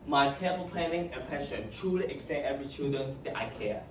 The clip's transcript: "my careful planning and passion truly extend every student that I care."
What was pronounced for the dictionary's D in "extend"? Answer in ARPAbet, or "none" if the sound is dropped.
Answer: none